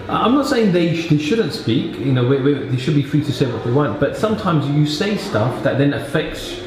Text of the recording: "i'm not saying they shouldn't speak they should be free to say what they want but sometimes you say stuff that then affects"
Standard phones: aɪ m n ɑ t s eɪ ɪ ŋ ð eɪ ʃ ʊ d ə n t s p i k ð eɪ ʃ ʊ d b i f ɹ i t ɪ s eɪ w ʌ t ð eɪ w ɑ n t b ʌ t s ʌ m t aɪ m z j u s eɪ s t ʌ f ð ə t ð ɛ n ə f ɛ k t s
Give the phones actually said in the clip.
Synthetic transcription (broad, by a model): aɪ m n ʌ t s eɪ ɪ ŋ ð eɪ ʃ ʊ d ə n t s p i k ð eɪ ʃ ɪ d b i f ɹ i t ɪ s eɪ w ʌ t ð eɪ w ɑ n t b ʌ t s ʌ m t aɪ m z j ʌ s eɪ s t ʌ f ð ə t ð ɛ n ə f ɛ k t s